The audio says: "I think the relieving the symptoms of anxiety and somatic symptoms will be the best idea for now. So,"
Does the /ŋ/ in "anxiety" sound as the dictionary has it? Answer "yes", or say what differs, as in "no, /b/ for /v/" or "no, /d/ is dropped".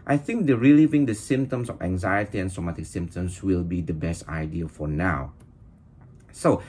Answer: yes